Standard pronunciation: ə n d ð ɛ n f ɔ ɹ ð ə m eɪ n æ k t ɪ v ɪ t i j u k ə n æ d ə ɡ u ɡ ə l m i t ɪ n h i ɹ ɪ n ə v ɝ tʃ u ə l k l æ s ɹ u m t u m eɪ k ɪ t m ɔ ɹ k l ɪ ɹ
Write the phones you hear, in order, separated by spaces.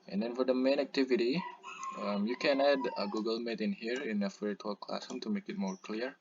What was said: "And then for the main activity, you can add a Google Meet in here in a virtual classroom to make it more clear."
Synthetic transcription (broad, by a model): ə n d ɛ n f ɔ ɹ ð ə m eɪ n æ k t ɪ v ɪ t i j u k ə n æ d ə ɡ u ɡ ə l m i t ɪ n h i ɹ ɪ n ə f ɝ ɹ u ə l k l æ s u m t u m eɪ k ɪ t m ɔ ɹ k l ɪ ɹ